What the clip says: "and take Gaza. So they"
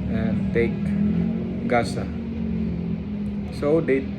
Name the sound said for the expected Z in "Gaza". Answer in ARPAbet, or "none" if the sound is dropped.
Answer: S